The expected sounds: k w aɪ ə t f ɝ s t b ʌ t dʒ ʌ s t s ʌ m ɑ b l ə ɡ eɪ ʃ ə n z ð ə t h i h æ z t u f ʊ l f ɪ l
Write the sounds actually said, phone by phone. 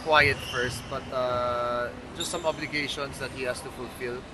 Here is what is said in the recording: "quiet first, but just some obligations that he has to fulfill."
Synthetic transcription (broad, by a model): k w aɪ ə t f ɝ s t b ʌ t dʒ ʌ s t s ʌ m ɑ b l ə ɡ eɪ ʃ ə n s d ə t h i h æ s t u f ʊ l f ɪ l